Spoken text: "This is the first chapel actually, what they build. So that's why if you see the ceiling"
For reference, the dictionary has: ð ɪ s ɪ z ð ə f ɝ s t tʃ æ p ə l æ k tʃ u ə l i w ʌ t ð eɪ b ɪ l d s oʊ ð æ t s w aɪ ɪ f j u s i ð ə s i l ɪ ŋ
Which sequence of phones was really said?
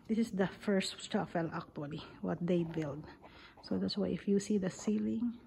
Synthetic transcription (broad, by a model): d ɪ s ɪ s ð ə f ɝ s t s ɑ f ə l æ k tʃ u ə l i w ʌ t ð eɪ b ɪ l d s oʊ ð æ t s w aɪ ɪ f j u s i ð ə s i l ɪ ŋ